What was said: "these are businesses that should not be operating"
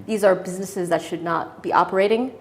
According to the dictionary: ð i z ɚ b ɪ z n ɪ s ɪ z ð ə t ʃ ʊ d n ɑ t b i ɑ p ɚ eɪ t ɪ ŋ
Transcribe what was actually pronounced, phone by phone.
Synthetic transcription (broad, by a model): ð i z ɚ b ɪ z n ɪ s ɪ z ð ə t ʃ ʊ d n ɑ t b i ɑ p ɚ eɪ t ɪ ŋ